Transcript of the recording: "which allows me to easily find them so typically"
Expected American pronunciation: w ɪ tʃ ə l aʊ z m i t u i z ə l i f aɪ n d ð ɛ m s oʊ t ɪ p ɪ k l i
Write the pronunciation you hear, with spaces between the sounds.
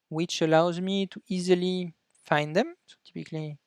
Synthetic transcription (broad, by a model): w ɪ tʃ ə l aʊ z m i t u i z ə l i f aɪ n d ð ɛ m s oʊ t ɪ p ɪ k l i